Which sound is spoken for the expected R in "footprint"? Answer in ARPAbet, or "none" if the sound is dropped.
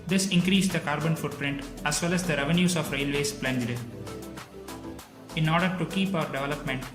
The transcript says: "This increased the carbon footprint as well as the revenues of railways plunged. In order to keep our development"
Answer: R